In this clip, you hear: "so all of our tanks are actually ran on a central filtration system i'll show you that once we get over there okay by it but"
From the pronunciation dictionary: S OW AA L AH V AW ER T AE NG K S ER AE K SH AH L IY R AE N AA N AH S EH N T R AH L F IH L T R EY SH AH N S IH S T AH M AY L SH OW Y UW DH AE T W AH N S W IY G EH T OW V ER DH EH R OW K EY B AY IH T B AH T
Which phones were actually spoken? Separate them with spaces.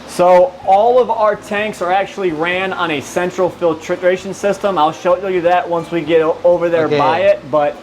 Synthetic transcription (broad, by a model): S OW AA L AH V AW ER T AE NG K S ER AE K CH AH L IY R AE N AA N AH S EH N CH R L F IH L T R EY SH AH N S IH S T AH M AY L SH OW Y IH DH AE T W AH N S W IY G EH T OW V ER DH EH R B AY IH T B AH T